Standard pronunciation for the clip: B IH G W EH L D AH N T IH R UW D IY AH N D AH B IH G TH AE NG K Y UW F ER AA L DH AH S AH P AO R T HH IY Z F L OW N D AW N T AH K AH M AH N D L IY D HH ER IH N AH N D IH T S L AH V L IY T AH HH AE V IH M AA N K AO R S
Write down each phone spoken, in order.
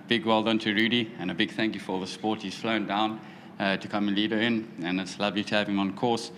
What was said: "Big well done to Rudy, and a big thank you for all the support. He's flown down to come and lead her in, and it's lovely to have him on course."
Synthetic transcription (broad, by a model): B IH G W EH L D AH N T IH R UW D IY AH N AH B IH G TH AE NG K Y UW F ER AA L DH AH S P AO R T HH IY Z F L OW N D AW N T AH K AH M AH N L IY D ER IH N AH N IH T S L AH V L IY T AH HH AE V IH M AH N K AO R S